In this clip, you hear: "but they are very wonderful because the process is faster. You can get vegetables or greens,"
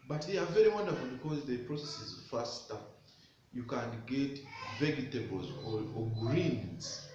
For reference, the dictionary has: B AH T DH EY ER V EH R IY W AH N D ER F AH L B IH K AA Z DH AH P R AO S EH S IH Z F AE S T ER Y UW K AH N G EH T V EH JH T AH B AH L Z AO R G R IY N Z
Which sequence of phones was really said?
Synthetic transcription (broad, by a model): B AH T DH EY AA V EH R IY W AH N D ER F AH L B IH K AA Z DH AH P R AO S EH S IH Z F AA S T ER Y UW K AH N G EH T V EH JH T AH B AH L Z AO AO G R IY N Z